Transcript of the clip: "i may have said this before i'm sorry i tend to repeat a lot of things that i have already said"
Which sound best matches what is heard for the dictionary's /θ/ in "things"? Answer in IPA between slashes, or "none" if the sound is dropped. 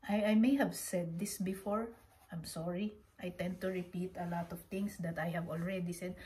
/t/